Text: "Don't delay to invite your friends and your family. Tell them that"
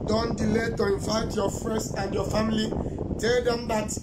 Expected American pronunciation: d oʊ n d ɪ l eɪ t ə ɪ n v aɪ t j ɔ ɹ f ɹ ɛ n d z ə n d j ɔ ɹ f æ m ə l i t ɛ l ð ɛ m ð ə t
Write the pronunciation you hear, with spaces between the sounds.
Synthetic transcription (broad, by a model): d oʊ n d ɪ l eɪ t ə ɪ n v aɪ t j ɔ f ɹ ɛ n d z ə n d j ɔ f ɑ m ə l i t ɛ l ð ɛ m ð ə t